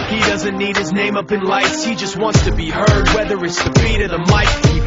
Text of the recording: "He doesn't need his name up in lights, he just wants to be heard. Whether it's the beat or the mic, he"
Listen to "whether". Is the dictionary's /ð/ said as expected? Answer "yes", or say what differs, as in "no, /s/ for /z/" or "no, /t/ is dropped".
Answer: yes